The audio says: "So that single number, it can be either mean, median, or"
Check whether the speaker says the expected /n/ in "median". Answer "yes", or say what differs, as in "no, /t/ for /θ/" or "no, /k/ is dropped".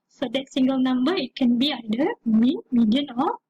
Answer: yes